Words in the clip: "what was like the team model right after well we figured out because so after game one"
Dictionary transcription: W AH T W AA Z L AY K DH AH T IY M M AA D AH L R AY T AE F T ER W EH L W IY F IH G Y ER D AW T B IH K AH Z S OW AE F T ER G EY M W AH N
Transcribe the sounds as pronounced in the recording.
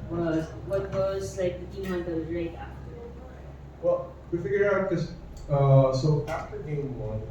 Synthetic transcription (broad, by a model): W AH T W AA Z L AY K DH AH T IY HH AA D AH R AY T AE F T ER W EH L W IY F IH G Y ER AW T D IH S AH S OW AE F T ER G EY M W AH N